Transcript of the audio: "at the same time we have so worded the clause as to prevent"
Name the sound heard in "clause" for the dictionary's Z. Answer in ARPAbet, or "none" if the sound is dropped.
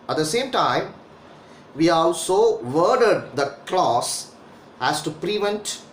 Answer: S